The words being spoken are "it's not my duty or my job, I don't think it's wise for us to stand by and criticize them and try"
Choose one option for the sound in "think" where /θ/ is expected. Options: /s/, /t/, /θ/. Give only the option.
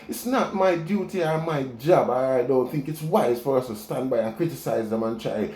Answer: /θ/